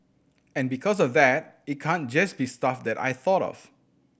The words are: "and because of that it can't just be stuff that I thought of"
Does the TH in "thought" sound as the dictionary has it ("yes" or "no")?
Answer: yes